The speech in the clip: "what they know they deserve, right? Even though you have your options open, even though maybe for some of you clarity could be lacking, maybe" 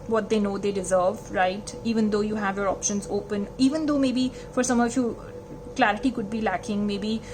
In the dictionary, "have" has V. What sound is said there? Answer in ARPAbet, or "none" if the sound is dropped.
V